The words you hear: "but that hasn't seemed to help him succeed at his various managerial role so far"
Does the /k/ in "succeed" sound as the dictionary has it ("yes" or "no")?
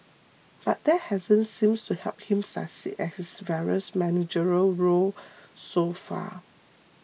no